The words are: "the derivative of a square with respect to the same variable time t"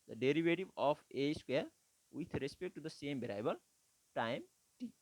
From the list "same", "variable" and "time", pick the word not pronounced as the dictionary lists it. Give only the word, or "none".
variable